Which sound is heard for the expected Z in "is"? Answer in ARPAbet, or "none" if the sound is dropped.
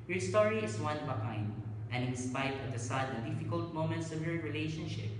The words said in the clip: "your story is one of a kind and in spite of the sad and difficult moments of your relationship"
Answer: S